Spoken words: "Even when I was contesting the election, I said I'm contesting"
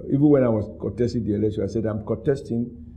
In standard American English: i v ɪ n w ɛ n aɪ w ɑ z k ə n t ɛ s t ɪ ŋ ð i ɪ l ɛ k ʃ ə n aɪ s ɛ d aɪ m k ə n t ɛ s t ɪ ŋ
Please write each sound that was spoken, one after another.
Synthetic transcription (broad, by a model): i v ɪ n w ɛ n aɪ w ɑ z k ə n t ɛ s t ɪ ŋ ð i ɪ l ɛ ʃ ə aɪ s ɛ d aɪ m k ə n t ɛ s t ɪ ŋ